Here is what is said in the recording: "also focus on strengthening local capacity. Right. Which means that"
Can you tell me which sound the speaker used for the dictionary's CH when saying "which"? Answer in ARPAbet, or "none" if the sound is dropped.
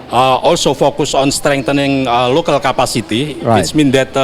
S